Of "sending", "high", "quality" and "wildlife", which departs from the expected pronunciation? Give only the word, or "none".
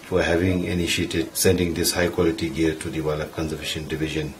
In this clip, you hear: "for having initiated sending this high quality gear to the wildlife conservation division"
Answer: wildlife